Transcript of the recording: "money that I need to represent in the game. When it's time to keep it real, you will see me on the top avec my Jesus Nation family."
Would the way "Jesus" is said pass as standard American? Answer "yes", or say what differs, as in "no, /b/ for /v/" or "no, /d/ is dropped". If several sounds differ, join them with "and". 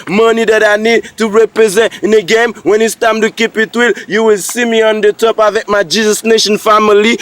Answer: yes